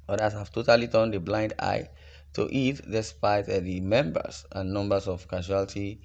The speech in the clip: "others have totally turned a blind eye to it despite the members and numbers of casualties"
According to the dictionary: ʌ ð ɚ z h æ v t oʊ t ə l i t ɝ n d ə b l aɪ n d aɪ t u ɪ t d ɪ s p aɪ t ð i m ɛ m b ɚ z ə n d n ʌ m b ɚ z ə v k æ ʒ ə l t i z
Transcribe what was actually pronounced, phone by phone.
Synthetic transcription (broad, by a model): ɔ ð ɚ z h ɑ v t oʊ t ə l i t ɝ n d ə b l aɪ n d aɪ t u ɪ t d ɪ s p aɪ t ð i m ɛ m b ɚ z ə n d n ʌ m b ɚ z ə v k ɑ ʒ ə l t i